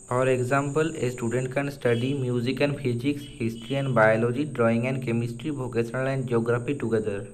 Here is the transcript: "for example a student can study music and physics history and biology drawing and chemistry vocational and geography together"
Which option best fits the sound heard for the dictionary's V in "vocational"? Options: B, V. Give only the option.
B